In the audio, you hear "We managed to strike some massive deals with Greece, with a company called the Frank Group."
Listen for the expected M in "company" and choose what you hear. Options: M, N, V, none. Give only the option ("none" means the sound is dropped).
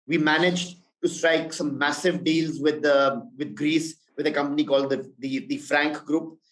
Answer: M